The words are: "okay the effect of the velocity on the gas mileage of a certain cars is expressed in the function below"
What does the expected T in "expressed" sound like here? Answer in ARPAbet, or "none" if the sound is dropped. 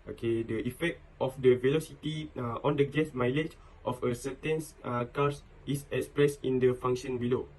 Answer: none